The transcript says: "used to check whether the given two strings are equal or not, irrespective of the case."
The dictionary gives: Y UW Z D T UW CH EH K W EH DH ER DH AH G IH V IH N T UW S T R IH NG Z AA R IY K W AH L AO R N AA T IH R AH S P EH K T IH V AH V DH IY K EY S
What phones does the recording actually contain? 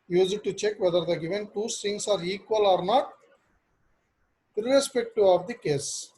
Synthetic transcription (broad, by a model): Y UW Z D T UW CH EH K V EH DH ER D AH G IH V IH N T UW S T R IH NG S AA R IY K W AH L AO R N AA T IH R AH S P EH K T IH AH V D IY K EY S